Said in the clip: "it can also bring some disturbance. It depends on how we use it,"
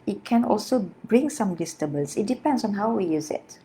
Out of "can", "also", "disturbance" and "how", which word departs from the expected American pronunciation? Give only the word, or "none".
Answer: disturbance